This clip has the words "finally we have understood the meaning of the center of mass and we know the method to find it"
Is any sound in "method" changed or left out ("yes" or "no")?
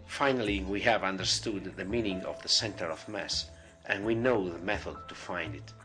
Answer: no